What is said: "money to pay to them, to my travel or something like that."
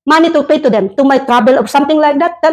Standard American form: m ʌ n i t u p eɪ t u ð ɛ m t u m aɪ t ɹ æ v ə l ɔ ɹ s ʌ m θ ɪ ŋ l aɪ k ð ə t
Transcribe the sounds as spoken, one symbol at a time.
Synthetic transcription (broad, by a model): m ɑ n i t u p eɪ t u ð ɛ m t u m aɪ t ɹ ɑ b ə l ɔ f s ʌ m t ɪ ŋ l aɪ k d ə t